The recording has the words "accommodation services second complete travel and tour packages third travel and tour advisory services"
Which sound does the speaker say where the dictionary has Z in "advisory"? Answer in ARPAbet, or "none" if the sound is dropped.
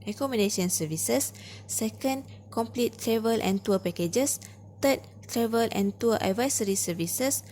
S